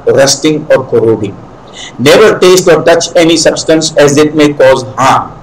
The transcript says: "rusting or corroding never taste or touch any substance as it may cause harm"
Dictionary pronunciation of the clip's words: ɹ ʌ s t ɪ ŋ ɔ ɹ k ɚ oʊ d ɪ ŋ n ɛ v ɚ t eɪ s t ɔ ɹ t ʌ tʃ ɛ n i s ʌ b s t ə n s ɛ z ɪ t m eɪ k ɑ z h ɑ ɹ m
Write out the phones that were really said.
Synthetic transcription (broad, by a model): ɹ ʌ s t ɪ ŋ ɔ ɹ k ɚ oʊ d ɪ ŋ n ɛ v ɚ t eɪ s t ɔ ɹ t ʌ tʃ ɛ n i s ʌ b s t ə n s ɛ z ɪ t m eɪ k ɑ z h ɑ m